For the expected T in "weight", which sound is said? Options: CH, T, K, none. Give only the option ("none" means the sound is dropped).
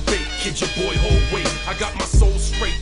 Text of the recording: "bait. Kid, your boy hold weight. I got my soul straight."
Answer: none